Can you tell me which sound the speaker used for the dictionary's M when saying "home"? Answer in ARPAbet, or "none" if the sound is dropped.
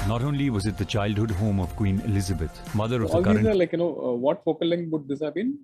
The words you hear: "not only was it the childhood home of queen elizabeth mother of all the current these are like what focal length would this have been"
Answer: M